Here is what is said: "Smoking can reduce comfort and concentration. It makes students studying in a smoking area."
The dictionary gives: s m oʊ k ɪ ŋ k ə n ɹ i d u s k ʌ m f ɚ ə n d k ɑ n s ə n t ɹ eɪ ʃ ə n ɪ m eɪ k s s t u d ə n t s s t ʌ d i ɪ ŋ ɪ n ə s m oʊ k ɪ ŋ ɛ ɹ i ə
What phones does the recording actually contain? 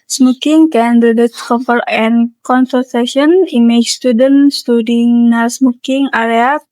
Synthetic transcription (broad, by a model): s m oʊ k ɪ ŋ k ə n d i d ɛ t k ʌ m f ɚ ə n k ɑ n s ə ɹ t eɪ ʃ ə n ɪ m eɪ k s s t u d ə n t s s t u d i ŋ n ə s m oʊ k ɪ ŋ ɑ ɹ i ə